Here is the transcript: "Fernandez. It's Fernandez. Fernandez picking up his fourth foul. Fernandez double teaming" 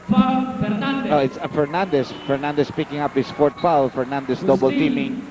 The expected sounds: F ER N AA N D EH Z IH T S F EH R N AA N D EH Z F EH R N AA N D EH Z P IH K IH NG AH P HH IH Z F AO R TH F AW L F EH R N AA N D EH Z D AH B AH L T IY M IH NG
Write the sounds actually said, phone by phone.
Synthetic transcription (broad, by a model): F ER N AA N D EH IH T S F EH R N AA N D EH S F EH R N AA N D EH S P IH K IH NG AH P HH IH S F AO R T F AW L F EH R N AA N D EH S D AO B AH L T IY M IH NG